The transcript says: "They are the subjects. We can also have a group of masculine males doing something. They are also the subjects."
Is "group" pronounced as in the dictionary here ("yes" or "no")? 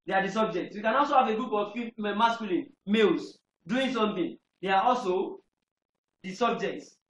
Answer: no